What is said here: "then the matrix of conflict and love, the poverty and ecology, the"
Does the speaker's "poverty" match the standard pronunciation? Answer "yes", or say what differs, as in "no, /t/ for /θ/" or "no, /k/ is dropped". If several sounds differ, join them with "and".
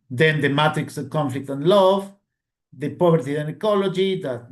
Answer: no, /b/ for /v/